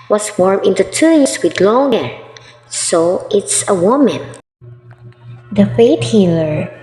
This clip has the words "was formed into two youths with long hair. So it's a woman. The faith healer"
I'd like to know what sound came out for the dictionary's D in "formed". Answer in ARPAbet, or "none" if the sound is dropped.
none